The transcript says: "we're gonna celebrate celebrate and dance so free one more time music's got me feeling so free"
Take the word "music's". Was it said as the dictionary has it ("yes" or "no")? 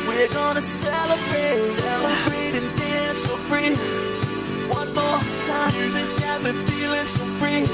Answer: no